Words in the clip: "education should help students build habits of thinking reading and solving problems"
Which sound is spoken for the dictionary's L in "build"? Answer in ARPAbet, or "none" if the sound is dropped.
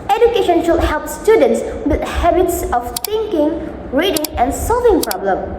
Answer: none